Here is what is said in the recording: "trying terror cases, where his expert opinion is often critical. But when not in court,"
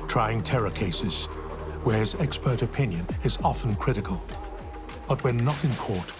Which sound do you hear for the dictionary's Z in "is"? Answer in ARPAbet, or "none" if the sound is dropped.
Z